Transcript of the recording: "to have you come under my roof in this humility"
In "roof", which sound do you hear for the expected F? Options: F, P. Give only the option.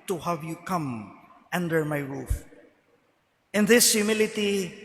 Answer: F